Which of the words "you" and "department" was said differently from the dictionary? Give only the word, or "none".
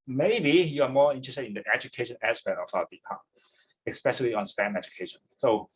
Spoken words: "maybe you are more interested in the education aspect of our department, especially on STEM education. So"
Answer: department